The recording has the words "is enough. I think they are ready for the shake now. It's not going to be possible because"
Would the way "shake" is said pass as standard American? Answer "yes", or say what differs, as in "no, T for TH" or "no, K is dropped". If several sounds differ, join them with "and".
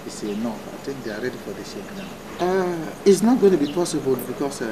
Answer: no, S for SH